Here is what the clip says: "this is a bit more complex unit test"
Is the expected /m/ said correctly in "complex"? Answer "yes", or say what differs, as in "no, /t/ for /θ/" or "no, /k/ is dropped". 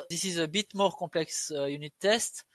no, /m/ is dropped